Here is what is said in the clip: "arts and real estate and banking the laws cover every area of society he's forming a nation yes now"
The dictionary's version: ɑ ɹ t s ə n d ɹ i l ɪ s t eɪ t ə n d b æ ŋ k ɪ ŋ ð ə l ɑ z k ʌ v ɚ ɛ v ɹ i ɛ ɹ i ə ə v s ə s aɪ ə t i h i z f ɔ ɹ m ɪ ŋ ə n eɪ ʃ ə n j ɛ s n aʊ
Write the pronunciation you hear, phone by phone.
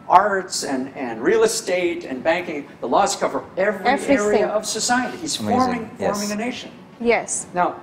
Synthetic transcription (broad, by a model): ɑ ɹ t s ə n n ɹ i l ɪ s t eɪ t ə n b æ ŋ k ɪ ŋ ð ə l ɑ z k ʌ v ɚ ɛ v ɹ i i ɹ i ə ə v s ə s aɪ ə t i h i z f ɔ ɹ m ɪ ŋ ə n eɪ ʃ ə n j ɛ s n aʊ